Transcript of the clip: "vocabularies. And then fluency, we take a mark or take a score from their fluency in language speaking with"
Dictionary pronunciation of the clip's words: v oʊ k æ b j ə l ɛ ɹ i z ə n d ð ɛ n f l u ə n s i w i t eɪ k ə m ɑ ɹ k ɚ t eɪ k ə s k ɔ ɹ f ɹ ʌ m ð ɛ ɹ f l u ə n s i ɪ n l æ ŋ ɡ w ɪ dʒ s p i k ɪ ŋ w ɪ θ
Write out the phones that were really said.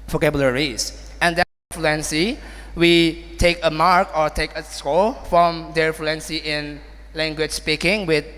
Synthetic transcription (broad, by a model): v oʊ k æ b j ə l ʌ ɹ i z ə n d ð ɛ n f l u ə n s i w i t eɪ k ə m ɑ ɹ k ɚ t eɪ k ə s k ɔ l f ɹ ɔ m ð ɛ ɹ f l u ə n s i ɪ n l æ ŋ ɡ w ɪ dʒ s p i k ɪ ŋ w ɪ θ